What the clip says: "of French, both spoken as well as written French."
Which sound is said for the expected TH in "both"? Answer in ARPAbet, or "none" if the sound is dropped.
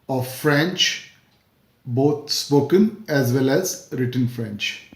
T